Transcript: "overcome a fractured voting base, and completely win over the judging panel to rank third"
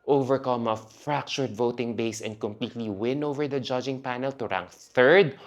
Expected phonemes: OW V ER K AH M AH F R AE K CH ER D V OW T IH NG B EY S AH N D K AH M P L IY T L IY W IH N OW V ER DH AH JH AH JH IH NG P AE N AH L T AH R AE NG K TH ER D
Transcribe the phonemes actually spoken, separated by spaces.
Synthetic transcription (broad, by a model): OW V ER K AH M AH F R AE K CH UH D V OW T IH NG B EY S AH N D K AH M P L IY T L IY W IH N OW V ER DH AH JH AH JH IH NG P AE N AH L T AH R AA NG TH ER D